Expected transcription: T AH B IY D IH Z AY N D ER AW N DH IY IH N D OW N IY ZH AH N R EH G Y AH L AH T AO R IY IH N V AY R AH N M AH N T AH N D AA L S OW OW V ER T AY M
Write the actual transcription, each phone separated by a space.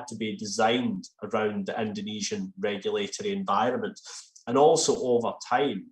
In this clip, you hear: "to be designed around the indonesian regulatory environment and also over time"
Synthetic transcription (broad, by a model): T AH B IY D IH Z AY N D ER AW N DH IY IH N D OW N IY ZH AH N R EH G Y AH L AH T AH R IY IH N V AY R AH N M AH N T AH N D AA L S OW OW V ER T AY M